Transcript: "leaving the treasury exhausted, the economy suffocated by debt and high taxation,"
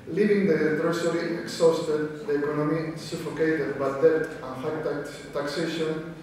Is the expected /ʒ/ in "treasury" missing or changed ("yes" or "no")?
yes